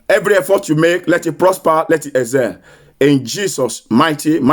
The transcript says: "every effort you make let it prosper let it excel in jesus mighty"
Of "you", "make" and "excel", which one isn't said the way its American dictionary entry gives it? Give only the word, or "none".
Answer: excel